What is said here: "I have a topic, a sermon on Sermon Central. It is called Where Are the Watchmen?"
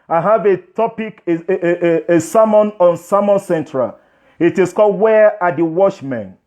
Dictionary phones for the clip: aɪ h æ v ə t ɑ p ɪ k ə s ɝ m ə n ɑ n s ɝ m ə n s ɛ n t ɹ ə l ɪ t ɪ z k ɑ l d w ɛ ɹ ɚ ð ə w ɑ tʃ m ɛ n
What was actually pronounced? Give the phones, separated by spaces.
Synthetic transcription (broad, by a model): aɪ h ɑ v ə t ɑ p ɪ k ə s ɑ m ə n ɑ n s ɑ m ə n s ɛ n t ɹ ə l ɪ t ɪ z k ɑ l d w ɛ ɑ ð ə w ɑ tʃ m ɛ n